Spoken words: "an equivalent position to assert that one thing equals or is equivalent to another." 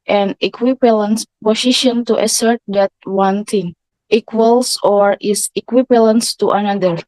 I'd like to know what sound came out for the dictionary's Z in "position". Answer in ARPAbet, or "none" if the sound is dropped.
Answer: S